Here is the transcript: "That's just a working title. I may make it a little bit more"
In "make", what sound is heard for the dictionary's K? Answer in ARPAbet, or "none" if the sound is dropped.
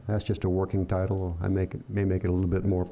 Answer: K